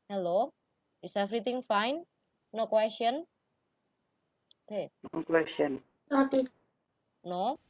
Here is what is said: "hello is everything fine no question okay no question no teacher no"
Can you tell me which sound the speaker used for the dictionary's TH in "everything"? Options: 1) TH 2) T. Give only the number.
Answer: 2